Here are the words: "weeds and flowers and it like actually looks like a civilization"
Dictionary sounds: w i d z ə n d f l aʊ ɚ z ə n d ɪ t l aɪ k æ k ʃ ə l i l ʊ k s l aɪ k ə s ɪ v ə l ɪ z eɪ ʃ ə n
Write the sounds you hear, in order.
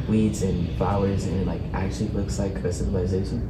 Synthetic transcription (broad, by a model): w i d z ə n f l aʊ ɚ z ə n ɪ t l aɪ k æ k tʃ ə l i l ʊ k s l aɪ k ə s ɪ v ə l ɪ z eɪ ʃ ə n